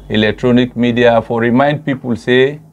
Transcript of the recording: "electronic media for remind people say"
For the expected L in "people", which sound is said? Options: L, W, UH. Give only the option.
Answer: L